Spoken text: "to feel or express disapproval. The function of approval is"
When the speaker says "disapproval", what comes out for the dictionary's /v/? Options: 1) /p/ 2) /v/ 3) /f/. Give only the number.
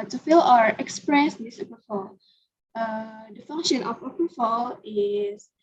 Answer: 3